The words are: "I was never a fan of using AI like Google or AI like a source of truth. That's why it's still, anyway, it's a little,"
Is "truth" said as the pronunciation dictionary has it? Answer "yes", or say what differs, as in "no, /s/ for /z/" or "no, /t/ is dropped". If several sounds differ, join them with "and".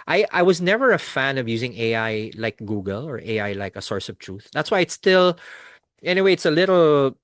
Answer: yes